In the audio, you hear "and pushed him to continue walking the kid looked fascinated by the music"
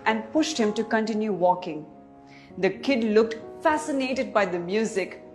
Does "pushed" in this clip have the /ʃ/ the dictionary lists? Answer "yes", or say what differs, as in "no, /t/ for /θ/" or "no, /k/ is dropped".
yes